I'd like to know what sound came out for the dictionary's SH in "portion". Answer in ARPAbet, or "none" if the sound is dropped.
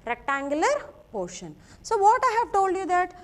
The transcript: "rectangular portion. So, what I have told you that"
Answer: SH